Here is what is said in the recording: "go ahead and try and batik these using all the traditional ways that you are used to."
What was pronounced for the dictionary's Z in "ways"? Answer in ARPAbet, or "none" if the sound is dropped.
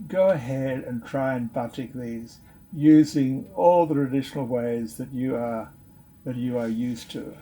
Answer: Z